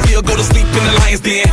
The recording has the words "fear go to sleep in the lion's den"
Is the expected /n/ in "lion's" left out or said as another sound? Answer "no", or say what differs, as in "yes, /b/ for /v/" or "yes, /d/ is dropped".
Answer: yes, /n/ is dropped